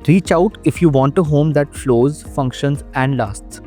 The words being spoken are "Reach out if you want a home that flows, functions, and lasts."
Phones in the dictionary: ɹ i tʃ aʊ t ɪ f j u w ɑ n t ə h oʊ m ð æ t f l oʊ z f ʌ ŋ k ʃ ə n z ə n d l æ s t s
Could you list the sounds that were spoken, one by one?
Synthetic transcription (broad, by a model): ɹ i tʃ aʊ t ɪ f j u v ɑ n t ə h oʊ m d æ t f l oʊ z f ʌ ŋ k ʃ ə n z ə n d l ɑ s t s